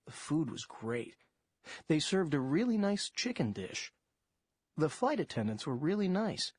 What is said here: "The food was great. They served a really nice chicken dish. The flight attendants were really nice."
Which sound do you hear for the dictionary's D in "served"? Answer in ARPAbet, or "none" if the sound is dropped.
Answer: D